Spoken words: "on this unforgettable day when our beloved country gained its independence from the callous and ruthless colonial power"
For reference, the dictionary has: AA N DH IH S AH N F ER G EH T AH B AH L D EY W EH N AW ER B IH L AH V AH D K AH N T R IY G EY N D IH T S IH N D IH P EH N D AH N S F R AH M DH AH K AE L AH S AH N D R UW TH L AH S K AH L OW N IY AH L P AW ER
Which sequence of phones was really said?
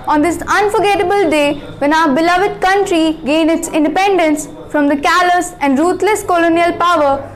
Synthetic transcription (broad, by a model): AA N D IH S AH N F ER G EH T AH B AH L D EY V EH N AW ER B IH L AH V AH D K AH N T R IY G EY N IH T S IH N D IH P EH N D AH N S F R AH M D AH K AE L AH S AH N D R UW T L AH S K AH L OW N IY AH L P AW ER